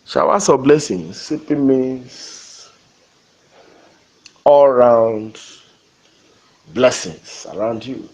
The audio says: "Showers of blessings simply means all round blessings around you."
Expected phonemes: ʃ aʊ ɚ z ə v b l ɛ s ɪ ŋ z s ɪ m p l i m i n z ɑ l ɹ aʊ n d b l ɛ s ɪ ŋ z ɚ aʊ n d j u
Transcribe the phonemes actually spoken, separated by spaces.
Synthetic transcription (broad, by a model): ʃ aʊ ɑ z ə b l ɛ s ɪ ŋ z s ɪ p i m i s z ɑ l ɹ aʊ n d b l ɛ s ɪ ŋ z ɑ aʊ n d j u